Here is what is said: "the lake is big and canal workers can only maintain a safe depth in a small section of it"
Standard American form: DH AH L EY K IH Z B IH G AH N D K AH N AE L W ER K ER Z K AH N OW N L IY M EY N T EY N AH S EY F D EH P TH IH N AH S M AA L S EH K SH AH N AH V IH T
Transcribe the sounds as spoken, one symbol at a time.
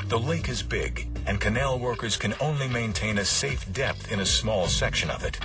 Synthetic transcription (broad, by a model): DH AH L EY K IH Z B IH G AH N K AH N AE L W ER K ER Z K AH N OW N L IY M EY N T EY N AH S EY F D EH P TH IH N AH S M AA L S EH K SH AH N AH V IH T